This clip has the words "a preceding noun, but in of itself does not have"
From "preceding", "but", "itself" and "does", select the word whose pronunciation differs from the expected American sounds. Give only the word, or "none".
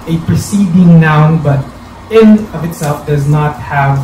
none